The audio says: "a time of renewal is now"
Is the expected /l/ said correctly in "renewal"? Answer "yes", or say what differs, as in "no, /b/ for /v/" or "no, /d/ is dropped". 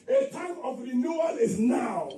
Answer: no, /n/ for /l/